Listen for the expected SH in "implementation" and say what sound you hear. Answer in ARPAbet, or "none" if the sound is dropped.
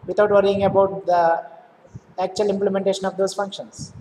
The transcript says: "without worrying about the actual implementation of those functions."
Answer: SH